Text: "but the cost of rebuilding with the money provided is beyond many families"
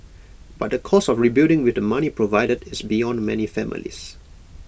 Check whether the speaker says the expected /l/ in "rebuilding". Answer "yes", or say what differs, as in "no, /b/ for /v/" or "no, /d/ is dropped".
no, /l/ is dropped